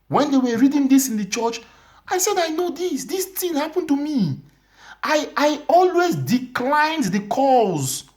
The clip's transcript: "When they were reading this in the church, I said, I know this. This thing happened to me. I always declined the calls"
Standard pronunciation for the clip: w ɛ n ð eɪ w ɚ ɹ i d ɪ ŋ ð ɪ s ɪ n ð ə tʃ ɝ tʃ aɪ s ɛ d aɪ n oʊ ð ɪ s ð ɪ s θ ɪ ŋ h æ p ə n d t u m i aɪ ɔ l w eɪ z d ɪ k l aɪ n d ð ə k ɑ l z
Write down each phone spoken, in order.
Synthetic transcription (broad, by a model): w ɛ n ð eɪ w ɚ ɹ i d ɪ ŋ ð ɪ s ɪ n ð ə tʃ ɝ tʃ aɪ s ɛ d aɪ n oʊ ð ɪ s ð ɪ s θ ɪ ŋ h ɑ p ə n t u m i aɪ ɔ l w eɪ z d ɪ k l aɪ n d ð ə k ɑ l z